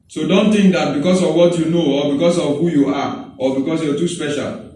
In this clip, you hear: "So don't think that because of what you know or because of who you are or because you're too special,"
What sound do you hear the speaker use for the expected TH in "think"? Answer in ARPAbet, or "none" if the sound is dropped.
T